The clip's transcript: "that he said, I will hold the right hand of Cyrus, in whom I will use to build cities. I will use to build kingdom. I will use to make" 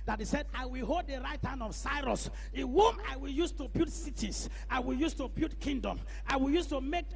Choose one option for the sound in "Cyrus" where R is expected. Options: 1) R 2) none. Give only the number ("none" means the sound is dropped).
1